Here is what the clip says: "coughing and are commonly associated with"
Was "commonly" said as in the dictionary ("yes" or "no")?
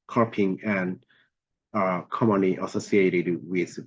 no